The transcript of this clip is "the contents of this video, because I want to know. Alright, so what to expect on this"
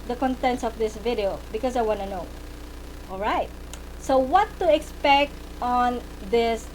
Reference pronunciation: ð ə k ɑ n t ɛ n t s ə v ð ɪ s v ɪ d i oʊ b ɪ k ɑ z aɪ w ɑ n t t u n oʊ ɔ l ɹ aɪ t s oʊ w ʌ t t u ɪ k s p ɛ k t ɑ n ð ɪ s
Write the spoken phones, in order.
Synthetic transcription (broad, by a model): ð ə k ɑ n t ɛ n t s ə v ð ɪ s v ɪ d i oʊ b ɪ k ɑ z aɪ w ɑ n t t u n oʊ ɔ l ɹ aɪ t s oʊ w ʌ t t u ɪ k s p ɛ k t ɑ n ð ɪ s